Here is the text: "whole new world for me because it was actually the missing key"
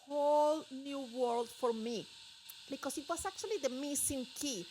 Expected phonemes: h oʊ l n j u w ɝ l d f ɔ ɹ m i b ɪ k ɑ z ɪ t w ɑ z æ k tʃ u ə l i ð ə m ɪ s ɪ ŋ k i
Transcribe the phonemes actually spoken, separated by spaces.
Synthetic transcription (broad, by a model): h oʊ l n j u w ɝ l d f ɔ ɹ m i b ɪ k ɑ s ɪ t w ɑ s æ k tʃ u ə l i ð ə m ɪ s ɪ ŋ k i